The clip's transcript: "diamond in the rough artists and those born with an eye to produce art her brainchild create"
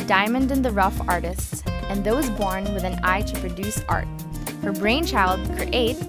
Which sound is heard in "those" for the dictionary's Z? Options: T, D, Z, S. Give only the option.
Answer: Z